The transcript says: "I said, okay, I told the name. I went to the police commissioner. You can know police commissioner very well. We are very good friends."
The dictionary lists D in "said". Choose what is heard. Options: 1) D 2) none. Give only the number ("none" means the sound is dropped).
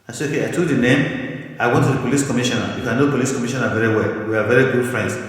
2